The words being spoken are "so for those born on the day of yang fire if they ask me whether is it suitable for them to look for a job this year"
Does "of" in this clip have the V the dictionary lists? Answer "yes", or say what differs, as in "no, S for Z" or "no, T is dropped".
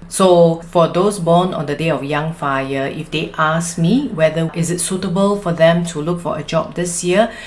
no, F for V